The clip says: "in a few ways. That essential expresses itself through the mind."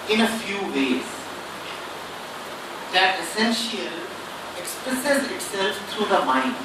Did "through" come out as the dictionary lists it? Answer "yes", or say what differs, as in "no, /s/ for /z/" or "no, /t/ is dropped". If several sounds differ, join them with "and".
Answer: no, /t/ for /θ/